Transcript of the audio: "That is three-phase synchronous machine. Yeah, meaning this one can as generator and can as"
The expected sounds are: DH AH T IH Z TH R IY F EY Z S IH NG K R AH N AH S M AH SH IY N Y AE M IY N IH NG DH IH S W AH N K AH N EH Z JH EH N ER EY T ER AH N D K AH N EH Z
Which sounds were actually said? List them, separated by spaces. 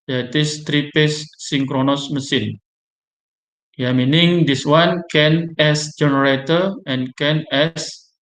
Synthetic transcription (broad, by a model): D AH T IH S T R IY P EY S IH NG K R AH N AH S M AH S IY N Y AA M IY N IH NG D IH S W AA N K AH N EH S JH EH N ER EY T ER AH N K AH N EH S